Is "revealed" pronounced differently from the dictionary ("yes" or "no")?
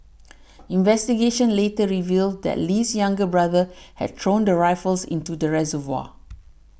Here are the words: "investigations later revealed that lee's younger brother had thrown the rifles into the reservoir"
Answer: no